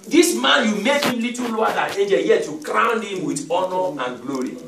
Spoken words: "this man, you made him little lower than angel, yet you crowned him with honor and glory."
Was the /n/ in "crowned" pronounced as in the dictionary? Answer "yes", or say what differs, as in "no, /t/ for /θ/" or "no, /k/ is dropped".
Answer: yes